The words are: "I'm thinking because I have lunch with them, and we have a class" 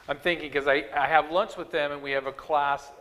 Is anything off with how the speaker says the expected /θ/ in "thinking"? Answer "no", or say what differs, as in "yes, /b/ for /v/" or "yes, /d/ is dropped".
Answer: no